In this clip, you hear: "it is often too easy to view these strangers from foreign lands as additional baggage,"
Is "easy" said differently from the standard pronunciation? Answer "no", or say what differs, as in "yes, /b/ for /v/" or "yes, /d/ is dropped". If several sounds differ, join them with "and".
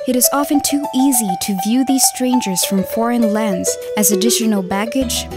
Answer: no